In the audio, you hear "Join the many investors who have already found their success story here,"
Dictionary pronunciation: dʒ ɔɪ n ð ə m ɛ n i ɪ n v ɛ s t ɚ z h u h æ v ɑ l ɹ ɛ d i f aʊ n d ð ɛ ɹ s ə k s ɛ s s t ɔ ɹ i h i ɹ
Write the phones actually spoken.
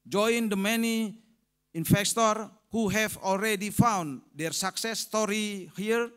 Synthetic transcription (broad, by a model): dʒ ɔɪ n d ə m ɛ n i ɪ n f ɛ s t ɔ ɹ h u h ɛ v ɑ l ɹ ɛ d i f aʊ n d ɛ ɹ s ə k s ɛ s s t ɔ ɹ i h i ɹ